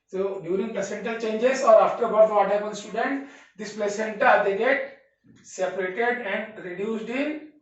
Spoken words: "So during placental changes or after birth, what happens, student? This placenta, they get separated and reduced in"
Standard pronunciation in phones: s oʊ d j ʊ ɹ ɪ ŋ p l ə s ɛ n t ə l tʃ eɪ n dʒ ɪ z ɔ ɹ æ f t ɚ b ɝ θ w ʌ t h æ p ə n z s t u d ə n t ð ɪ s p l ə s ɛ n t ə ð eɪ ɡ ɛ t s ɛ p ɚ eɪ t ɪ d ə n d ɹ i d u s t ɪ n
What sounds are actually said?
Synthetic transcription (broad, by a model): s oʊ d j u ɹ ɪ ŋ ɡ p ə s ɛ n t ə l tʃ eɪ n dʒ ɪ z ɔ ɹ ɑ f t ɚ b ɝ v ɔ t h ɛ b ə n s t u d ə n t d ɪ s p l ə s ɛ n t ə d eɪ ɡ ɛ t s ɛ p ɚ eɪ t ɪ d ə n d ɹ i d u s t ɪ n